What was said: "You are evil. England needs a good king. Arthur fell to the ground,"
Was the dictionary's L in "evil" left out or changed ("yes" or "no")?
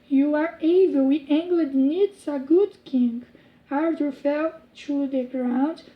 yes